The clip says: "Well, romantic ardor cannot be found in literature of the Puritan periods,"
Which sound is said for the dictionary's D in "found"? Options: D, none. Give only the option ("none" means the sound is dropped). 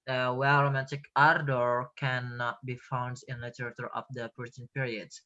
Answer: D